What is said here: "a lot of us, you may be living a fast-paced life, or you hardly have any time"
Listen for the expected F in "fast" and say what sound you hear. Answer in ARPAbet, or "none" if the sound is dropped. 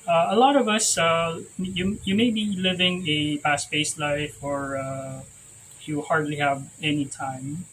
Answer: P